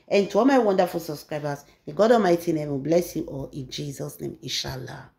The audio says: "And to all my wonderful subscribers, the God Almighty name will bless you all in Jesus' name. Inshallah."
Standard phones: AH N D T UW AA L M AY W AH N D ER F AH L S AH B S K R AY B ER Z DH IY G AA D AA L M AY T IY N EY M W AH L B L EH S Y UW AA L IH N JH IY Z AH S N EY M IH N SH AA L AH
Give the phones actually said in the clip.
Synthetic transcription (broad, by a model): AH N T UW AA L M AY W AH N D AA F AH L S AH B S K R AY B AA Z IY G AA D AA M AY T IY N EY M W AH B L EH S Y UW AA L IH N JH IY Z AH S N EY M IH N SH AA L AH